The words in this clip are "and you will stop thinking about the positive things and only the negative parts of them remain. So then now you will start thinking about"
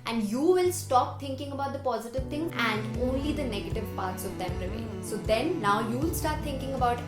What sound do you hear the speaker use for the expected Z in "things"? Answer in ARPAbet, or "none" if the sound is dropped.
none